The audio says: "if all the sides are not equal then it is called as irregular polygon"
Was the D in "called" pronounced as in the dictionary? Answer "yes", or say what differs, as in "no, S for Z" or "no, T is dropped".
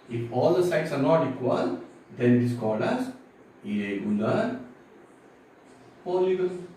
yes